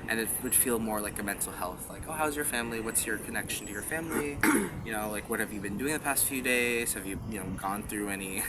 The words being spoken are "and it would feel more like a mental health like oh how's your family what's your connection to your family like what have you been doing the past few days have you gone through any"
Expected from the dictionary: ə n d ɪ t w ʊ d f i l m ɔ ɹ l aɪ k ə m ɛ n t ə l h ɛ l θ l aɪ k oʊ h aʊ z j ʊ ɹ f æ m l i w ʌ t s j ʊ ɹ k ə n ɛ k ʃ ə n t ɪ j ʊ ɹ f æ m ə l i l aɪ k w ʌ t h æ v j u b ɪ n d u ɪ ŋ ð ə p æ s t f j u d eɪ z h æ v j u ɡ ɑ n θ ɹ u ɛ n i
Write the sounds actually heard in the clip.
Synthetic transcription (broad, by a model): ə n ɪ t w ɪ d f i l m ɔ ɹ l aɪ k ə m ɛ n t l h ɛ l θ l aɪ k oʊ h aʊ z j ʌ ɹ f æ m l i w ʌ t s j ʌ ɹ k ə n ɛ k ʃ n t ɪ j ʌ ɹ f æ m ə n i l aɪ k w ʌ t h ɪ v j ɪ b ɪ n d u ɪ ŋ ð ə p æ s t f j u d eɪ z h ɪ v j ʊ ɡ ɑ n θ ɹ u ɛ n i